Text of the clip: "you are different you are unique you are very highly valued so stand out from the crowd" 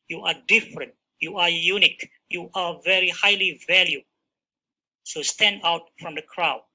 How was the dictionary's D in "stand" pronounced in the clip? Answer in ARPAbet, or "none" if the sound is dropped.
D